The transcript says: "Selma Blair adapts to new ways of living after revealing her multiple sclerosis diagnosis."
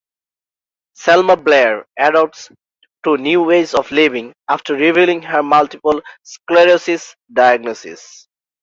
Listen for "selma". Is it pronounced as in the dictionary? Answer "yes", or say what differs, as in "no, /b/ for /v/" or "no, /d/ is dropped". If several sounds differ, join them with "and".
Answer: yes